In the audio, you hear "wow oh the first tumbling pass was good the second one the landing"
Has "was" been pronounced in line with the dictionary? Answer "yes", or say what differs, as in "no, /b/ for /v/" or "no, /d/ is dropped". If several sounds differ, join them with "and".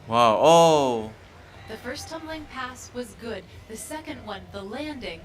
yes